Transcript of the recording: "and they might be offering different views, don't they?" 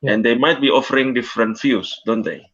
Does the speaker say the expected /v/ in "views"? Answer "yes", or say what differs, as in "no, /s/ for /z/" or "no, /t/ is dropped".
no, /f/ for /v/